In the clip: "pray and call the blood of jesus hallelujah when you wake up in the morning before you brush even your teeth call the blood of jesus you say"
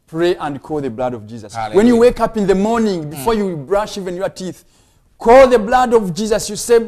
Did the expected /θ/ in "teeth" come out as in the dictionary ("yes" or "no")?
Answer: yes